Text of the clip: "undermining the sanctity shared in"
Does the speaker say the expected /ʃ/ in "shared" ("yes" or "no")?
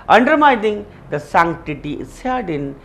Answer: no